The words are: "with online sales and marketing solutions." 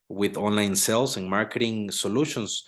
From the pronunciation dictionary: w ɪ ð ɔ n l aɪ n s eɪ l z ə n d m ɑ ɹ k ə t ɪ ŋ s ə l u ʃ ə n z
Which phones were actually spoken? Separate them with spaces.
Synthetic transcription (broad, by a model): w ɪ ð ɔ n l aɪ n s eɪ l s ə n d m ɑ ɹ k ə t ɪ ŋ s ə l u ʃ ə n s